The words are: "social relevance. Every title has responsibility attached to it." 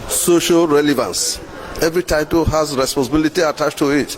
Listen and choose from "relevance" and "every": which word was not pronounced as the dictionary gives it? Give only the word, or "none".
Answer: none